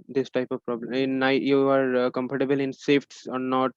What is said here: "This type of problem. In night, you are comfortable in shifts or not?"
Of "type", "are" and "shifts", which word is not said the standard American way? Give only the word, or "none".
shifts